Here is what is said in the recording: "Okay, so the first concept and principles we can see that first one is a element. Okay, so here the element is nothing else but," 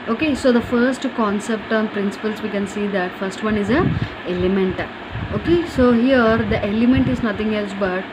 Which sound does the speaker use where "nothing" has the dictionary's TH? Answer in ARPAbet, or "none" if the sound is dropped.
T